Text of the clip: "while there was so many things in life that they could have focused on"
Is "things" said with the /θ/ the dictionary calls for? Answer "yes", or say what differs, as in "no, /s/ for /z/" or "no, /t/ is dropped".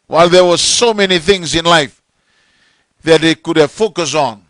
yes